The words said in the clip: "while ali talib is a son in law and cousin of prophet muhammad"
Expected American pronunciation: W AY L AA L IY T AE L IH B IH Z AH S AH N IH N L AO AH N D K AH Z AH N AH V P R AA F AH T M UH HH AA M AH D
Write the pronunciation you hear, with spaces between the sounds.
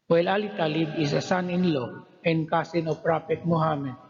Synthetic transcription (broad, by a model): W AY L AA L IY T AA L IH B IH S AH S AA N IH N L AO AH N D K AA S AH N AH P R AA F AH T M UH HH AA M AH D